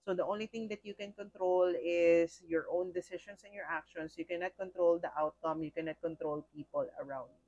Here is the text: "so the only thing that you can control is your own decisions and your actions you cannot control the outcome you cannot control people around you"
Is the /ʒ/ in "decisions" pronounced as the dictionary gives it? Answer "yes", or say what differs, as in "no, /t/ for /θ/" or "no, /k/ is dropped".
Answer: no, /ʃ/ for /ʒ/